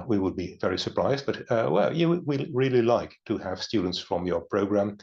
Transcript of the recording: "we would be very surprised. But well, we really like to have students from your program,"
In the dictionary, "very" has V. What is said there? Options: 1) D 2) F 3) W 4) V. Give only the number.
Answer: 4